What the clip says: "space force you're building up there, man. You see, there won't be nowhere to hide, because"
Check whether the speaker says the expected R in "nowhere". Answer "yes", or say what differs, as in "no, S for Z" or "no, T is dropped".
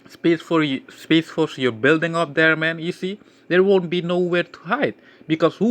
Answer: yes